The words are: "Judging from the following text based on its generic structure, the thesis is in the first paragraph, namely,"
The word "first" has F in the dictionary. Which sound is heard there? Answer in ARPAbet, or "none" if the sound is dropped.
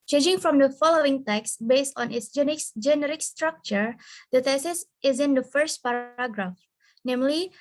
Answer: F